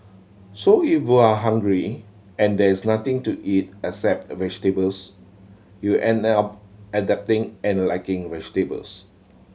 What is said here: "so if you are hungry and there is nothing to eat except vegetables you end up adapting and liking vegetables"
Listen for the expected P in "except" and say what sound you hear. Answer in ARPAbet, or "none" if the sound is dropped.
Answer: P